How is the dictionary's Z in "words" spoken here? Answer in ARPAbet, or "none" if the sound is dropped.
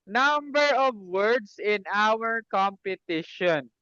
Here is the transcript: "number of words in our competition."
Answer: S